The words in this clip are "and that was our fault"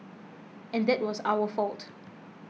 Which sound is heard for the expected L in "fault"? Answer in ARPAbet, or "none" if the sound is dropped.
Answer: L